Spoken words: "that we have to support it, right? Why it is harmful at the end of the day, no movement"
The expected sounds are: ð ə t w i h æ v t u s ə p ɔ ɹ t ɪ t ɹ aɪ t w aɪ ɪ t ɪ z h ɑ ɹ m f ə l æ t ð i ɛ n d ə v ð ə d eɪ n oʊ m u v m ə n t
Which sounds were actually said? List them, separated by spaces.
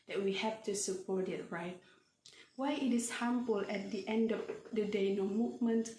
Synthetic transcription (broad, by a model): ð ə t w i h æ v t u s ə p ɔ ɹ t ɪ t ɹ aɪ t w aɪ ɪ t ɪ s h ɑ m p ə l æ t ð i ɛ n d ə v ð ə d eɪ n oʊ m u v m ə n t